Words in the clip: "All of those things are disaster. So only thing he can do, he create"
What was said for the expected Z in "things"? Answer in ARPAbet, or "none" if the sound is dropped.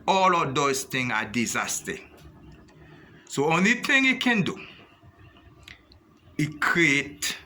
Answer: none